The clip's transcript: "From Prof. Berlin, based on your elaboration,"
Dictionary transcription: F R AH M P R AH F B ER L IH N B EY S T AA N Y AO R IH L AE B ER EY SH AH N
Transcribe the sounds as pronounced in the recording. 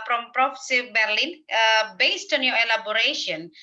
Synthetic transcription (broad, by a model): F R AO M P R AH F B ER L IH N B EY S T AA N Y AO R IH L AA B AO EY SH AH N